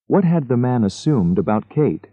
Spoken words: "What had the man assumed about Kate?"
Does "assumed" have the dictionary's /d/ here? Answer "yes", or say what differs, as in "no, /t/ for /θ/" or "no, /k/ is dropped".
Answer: yes